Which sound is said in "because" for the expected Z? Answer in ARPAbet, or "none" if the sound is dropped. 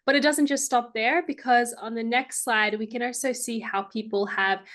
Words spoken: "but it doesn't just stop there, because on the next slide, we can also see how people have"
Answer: Z